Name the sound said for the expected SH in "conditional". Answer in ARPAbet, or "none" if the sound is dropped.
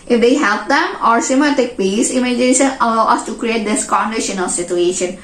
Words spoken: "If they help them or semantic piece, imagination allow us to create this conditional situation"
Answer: SH